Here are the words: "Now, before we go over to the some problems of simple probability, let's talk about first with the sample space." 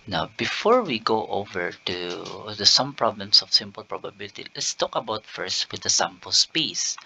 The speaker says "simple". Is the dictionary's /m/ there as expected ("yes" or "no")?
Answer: yes